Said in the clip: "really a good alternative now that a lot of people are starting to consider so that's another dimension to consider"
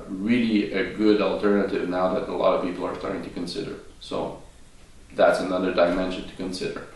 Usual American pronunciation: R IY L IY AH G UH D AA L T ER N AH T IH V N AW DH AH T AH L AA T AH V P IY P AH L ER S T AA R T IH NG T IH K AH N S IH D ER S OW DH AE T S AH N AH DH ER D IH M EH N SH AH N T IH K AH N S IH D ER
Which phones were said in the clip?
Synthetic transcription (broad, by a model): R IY L IY AH G UH D AA L T ER N AH T IH V N AW DH AH T AH L AA T AH V P IY P L ER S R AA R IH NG T IH K AH N S IH D ER S OW DH AE T S AH N AH DH ER D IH M EH N SH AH N T IH K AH N S IH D ER